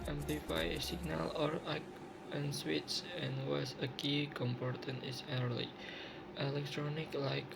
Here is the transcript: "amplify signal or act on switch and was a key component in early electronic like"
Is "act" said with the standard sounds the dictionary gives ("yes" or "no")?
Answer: no